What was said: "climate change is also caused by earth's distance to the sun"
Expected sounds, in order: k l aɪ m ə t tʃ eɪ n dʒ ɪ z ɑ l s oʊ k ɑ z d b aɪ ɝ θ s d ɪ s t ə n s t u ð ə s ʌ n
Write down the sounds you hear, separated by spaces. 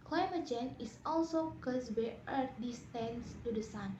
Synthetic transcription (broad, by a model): k l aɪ m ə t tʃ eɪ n ɪ s ɑ l s oʊ k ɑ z b aɪ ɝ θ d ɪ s t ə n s t u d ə s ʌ n